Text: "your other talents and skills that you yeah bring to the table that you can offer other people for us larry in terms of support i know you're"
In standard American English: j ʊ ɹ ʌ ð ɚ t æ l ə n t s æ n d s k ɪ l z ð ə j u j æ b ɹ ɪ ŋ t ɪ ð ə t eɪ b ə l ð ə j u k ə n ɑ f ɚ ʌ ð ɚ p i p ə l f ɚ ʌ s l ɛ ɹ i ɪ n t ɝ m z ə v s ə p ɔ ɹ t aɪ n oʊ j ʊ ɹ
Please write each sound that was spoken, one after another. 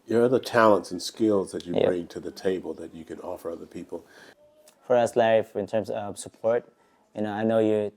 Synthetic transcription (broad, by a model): j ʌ ɹ ʌ ð ɚ t æ l ə n t s n s k ɪ l z ð ə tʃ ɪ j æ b ɹ ɪ ŋ t ɪ ð ə t eɪ b ə l ð ə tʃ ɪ k ə n ɑ f ɚ ʌ ð ɚ p i p ə l f ɚ ʌ s l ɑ i ɪ n t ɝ m s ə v s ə p ɔ ɹ t aɪ n oʊ j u